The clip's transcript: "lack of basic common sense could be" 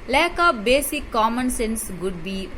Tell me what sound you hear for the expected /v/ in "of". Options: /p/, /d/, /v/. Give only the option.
/p/